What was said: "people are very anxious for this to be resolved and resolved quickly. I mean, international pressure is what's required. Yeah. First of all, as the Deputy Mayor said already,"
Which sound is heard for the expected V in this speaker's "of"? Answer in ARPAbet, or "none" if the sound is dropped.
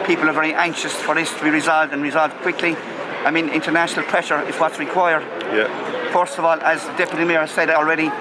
V